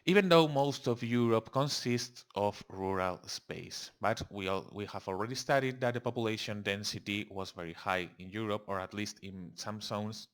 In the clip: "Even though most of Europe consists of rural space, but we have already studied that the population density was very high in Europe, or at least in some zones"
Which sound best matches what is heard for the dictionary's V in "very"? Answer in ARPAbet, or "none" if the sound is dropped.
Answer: V